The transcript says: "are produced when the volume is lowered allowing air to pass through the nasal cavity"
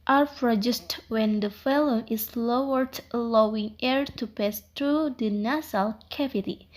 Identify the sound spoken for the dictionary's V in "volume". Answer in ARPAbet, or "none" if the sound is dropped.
F